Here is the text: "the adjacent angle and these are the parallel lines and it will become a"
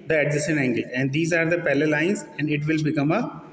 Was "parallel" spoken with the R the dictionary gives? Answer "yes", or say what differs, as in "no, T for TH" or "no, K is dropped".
no, L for R